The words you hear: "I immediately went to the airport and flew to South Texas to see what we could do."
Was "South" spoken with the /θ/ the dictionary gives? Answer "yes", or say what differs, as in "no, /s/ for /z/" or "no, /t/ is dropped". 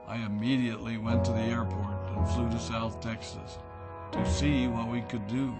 yes